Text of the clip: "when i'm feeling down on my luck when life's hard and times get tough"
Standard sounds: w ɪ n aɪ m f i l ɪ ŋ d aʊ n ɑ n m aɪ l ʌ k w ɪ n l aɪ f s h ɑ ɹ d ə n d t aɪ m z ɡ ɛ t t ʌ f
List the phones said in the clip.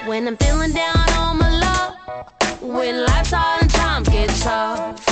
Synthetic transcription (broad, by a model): w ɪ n aɪ m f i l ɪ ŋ d aʊ n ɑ l m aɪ l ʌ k w ɪ n l aɪ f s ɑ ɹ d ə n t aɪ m ɡ ɛ t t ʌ